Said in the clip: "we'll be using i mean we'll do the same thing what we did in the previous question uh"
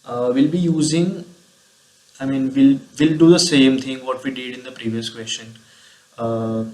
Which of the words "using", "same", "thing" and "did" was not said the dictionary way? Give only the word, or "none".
thing